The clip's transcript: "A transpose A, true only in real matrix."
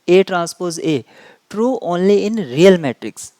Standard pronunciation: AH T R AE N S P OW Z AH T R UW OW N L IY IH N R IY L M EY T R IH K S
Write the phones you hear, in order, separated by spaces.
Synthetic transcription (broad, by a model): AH T R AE N S P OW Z AH T R UW OW N L IY IH N R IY L M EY T R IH K S